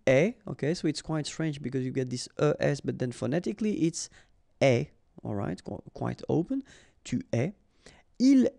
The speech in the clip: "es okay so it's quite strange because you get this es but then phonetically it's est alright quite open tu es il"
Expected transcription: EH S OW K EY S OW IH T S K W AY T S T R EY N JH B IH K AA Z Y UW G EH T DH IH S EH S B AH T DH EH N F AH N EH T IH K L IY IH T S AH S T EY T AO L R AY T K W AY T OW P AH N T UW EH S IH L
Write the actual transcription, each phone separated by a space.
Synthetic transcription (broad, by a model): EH OW K EY S OW IH T S K W AY T S T R EY N JH B IH K AA Z Y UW G EH T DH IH S EH S B AH T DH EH N F AH N EH T IH K L IY T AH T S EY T AO L R AY T K W AY T OW P AH N T UW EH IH L